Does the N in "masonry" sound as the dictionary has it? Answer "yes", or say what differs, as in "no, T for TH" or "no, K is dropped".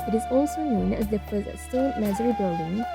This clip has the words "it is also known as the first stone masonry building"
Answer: no, N is dropped